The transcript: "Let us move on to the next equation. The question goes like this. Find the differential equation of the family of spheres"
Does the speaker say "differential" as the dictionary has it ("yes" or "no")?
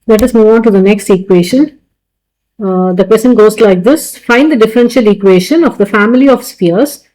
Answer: yes